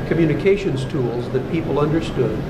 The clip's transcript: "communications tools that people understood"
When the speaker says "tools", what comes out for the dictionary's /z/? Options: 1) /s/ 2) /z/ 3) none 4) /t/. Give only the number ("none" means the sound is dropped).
2